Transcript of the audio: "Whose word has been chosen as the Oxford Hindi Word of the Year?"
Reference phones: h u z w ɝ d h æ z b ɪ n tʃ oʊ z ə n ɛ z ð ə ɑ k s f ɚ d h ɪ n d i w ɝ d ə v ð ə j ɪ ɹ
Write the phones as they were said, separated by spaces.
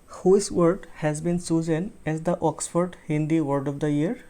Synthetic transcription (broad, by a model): h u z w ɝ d h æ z b ɪ n s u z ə n ɛ z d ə ɑ k s f ɚ d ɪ n d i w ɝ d ə v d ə j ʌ ɹ